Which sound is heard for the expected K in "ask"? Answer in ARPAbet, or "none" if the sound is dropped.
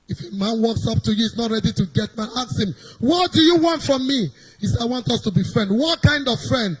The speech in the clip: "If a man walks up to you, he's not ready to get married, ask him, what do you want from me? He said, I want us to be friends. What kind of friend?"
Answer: none